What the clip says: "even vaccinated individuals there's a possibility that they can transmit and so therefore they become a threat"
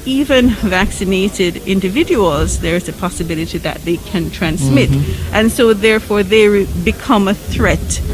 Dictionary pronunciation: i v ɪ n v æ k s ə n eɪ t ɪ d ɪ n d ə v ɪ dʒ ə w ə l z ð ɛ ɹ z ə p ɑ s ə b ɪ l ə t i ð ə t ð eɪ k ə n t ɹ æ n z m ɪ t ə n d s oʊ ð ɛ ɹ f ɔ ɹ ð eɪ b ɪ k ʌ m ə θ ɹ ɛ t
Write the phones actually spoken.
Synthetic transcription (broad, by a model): i v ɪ n v æ k s ə n eɪ t ɪ d ɪ n d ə v ɪ dʒ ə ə l z ð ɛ ɹ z ə p ɑ s ə b ɪ l ə t i ð ə t ð eɪ k ə n t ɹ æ n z m ɪ t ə n s oʊ ð ɛ ɹ f ɔ ɹ ð eɪ b ɪ k ʌ m ə θ ɹ ɛ t